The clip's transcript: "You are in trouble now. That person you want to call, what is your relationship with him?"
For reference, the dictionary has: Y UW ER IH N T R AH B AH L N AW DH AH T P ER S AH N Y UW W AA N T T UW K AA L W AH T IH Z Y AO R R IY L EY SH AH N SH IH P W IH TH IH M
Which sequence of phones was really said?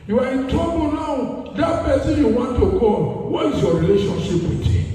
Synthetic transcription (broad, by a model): Y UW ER IH N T AO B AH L N AW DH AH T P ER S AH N Y UW W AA N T T UW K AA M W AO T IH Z Y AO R R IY L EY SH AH N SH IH P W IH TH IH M